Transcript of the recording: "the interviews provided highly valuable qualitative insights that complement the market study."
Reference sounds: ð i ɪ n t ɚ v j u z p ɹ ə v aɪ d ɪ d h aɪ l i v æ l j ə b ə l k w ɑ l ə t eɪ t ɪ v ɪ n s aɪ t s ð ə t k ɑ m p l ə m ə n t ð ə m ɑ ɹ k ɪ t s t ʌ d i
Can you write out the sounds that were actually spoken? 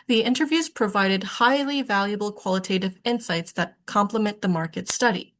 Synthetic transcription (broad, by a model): ð i ɪ n t ɚ v j u z p ɹ ə v aɪ d ɪ d h aɪ l i v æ l j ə b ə l k w ɑ l ə t eɪ t ɪ v ɪ n s aɪ t s ð ə t k ɑ m p l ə m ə n ð ə m ɑ ɹ k ɪ t s t ʌ d i